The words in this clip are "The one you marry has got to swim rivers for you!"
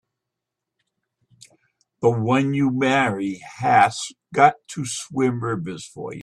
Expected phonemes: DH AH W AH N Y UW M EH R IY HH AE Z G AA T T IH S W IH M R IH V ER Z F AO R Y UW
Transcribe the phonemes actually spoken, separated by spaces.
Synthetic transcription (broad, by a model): DH AH W AH N Y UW M EH R IY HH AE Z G AA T T IH S W IH M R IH B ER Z F AO R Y